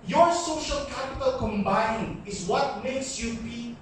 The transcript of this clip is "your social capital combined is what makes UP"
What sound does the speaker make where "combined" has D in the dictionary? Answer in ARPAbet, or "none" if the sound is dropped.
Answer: none